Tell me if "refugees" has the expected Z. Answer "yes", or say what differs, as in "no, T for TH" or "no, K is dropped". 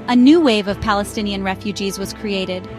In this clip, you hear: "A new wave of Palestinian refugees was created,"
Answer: yes